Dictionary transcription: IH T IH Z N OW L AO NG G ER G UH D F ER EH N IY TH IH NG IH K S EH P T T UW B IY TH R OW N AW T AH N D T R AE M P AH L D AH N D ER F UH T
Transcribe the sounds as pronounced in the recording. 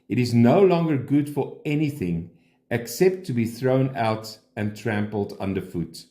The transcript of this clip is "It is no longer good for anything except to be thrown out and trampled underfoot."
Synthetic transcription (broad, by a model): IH T IH Z N OW L AO NG G ER G UH D F ER EH N IY TH IH NG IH K S EH P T T UW B IY TH R OW N AW T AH N T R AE M P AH L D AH N D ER F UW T